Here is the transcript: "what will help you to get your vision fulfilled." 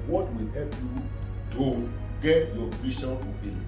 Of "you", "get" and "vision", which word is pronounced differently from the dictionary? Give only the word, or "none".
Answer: vision